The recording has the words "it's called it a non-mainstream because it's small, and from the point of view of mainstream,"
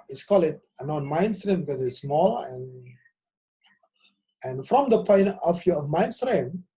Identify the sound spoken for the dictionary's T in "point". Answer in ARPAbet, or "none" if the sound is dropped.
none